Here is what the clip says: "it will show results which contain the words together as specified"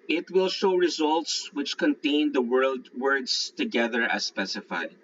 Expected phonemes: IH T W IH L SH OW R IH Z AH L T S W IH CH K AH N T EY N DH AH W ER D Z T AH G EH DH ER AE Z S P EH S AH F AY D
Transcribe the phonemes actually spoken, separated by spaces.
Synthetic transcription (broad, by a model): IH T W IH L SH OW R IH Z AH L T S W IH CH K AH N T EY N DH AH W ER D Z T AH G EH DH ER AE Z S P EH S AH F AY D